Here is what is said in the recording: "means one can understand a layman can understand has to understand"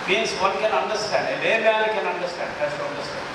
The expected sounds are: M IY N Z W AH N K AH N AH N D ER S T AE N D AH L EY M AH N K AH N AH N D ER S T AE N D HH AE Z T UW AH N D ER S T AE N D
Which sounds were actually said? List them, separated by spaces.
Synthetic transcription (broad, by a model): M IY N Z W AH N K AH N AH N D ER S T AE N D AH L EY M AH L K AH N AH N D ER S T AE N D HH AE S T UW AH N D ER S T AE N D